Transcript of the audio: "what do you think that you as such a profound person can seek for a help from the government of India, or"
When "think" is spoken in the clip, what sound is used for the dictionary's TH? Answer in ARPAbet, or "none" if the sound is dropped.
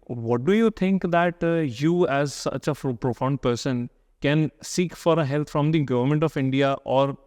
T